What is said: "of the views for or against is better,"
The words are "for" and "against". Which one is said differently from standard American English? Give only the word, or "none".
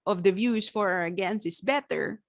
against